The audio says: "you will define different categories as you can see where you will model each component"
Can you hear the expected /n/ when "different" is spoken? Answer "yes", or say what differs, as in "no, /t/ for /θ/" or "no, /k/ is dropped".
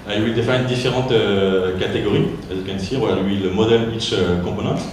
no, /n/ is dropped